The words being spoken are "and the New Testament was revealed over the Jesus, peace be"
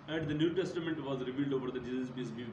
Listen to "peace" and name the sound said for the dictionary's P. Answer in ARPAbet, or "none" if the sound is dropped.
B